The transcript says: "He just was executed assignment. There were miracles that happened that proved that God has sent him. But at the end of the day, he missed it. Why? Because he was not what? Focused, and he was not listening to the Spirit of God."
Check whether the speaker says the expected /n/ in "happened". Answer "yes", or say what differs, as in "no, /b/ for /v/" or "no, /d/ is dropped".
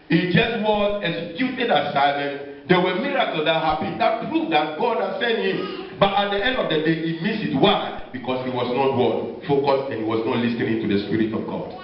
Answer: no, /n/ is dropped